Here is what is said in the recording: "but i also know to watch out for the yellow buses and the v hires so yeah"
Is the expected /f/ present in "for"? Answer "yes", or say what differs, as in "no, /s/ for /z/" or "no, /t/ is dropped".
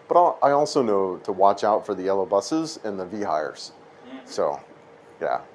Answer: yes